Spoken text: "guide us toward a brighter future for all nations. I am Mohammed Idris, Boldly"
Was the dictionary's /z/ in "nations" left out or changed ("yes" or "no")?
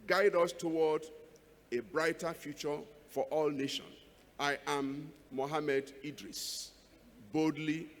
yes